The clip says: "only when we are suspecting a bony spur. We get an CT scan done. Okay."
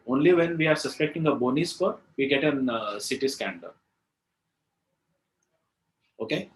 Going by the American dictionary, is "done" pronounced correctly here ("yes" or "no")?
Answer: no